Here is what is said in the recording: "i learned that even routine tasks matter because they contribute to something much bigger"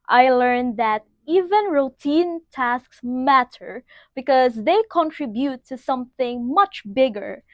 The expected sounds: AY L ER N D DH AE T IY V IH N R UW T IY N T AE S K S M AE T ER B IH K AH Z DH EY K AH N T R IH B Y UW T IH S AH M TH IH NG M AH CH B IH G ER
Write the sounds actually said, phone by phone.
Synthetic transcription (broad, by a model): AY L ER N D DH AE T IY V IH N R UW T IY N T AE S K S M AE T ER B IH K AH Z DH EY K AH N T R IH B Y UW T IH S AH M TH IH NG M AH CH B IH G ER